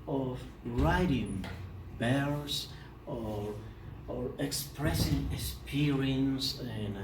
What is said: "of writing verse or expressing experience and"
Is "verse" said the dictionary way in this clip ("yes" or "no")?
no